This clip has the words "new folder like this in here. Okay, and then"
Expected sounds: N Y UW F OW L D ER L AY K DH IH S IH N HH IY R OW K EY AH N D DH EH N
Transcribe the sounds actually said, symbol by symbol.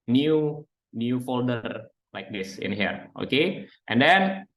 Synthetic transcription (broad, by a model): N Y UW F OW L D ER L AY K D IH S IH N HH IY R OW K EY AH N D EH N